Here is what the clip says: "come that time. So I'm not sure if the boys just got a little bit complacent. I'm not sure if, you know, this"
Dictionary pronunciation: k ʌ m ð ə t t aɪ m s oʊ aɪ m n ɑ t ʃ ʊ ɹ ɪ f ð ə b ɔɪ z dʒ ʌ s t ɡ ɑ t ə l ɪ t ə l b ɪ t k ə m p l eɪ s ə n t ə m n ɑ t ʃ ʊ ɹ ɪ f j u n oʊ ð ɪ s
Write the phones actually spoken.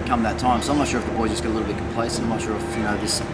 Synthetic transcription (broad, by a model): k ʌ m ð ə t t aɪ m s oʊ aɪ m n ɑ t ʃ ʊ ɹ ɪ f ð ə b ɔɪ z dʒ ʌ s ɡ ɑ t ə l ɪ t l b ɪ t k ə m p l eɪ ə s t ə m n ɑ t ʃ ʊ ɹ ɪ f j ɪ n oʊ ð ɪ s